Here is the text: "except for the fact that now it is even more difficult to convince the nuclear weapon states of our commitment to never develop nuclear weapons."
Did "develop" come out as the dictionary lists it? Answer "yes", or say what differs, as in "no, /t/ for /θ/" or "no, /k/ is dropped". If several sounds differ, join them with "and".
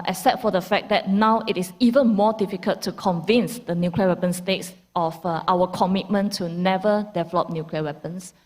yes